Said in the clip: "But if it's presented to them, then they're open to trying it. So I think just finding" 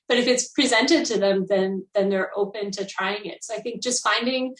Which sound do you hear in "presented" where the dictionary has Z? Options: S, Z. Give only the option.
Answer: Z